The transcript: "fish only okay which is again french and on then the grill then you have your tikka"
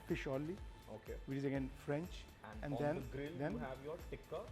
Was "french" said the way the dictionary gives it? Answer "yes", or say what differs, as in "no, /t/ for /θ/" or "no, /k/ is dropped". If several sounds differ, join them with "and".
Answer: yes